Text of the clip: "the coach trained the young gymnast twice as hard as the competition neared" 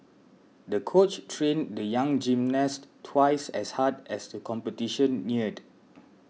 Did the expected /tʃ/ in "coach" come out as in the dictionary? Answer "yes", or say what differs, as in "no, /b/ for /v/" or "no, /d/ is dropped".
yes